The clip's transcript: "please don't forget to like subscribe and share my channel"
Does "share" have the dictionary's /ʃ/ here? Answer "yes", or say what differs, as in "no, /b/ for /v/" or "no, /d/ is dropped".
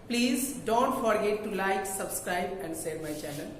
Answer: no, /s/ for /ʃ/